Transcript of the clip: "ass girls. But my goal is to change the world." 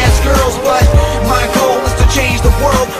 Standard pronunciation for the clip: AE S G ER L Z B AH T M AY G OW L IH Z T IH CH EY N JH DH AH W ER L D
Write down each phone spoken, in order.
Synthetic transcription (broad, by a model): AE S G ER L Z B AH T M AY G OW L IH Z T IH CH EY N JH DH AH W ER L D